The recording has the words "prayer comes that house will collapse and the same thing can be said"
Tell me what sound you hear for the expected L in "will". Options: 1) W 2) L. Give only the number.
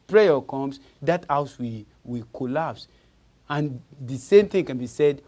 1